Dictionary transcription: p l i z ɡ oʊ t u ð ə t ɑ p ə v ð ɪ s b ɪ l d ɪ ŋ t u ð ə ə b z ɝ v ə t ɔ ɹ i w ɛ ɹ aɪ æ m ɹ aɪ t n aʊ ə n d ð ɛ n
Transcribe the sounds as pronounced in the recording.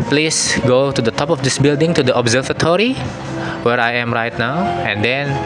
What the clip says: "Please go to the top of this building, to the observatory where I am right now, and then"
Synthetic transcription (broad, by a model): p l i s ɡ oʊ t u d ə t ɑ p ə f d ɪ s b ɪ l d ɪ ŋ t u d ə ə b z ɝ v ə t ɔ ɹ i w ɛ ɹ aɪ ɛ m ɹ aɪ t n aʊ ə n d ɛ n